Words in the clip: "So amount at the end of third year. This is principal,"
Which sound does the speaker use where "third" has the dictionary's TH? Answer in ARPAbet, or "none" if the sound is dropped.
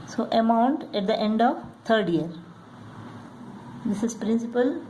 T